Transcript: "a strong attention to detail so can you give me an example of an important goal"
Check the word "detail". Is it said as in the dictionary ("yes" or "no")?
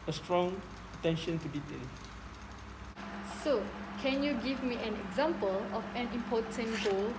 no